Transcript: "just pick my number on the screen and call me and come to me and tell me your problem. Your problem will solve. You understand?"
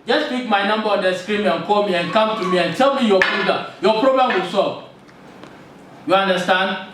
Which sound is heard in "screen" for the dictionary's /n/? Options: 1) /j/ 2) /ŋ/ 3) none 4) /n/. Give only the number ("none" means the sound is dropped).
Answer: 3